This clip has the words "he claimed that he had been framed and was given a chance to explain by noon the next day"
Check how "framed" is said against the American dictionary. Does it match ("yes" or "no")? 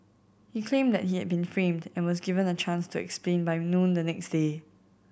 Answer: yes